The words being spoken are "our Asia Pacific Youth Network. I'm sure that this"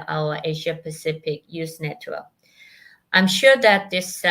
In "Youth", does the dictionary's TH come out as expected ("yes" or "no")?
no